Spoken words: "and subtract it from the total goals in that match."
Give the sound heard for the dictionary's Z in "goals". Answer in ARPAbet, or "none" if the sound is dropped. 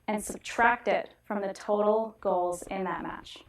Z